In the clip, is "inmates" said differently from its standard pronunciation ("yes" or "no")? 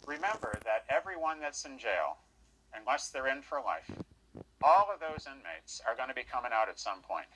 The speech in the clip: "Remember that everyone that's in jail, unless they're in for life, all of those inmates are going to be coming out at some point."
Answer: no